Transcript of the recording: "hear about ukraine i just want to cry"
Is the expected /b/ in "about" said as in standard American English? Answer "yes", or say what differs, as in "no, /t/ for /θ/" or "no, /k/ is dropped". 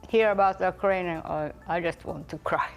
yes